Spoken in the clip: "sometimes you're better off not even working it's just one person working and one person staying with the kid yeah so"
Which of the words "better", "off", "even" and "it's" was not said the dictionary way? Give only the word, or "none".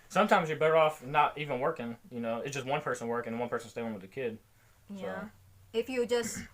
none